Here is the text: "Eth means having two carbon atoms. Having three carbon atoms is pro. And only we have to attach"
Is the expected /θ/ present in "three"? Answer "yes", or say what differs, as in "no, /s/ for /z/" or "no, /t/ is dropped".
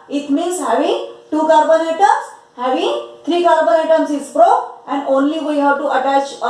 no, /t/ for /θ/